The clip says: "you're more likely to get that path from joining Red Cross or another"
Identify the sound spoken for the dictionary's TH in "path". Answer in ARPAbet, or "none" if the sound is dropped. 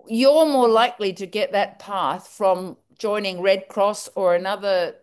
TH